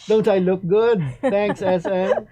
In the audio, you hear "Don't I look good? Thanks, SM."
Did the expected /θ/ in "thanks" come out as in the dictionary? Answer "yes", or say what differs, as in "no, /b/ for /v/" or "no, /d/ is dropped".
no, /t/ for /θ/